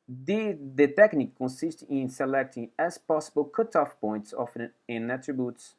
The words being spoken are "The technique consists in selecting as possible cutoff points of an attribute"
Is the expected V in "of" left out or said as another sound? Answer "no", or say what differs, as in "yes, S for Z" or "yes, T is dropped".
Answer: yes, F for V